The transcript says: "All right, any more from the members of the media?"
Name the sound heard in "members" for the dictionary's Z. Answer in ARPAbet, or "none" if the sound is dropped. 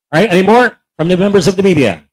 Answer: Z